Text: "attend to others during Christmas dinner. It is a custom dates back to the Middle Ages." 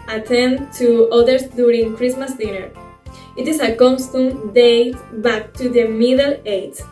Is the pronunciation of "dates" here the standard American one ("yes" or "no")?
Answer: no